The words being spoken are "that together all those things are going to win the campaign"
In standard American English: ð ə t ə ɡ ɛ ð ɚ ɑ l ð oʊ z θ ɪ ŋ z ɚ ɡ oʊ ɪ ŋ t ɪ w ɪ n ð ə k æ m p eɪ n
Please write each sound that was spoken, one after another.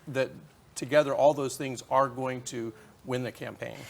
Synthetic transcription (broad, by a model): ð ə t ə ɡ ɛ ð ɚ ɑ l ð oʊ z θ ɪ ŋ z ɚ ɡ oʊ ɪ ŋ t ɪ w ɪ n ð ə k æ m p eɪ n